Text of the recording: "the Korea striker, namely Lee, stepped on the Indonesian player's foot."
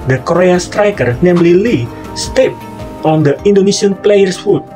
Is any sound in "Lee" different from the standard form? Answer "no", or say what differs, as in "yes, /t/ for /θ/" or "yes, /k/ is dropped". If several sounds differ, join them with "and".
no